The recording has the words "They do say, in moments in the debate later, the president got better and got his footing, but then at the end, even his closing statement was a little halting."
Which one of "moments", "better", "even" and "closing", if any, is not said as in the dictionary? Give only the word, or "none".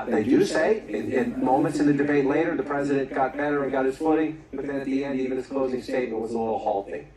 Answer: none